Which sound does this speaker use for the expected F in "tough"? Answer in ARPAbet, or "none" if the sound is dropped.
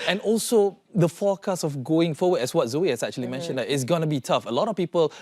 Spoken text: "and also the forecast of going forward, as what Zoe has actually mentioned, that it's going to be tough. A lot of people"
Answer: F